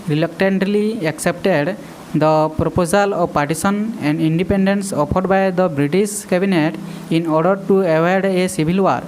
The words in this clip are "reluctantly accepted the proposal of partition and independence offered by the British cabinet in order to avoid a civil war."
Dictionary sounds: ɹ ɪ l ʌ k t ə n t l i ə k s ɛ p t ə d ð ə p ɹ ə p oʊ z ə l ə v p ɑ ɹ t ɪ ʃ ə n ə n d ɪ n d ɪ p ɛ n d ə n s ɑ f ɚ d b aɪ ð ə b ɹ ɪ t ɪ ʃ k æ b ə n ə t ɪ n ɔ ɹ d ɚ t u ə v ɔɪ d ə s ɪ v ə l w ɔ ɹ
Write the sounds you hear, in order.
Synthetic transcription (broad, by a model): ɹ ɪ l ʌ k t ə n t l i ə k s ɛ p t ə d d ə p ɹ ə p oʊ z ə l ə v p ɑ ɹ t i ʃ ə n ə n d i n d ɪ p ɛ n d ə n s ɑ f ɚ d b aɪ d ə b ɹ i t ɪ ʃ k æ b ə n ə t ɪ n ɔ ɹ d ɚ t u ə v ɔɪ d ə s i b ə l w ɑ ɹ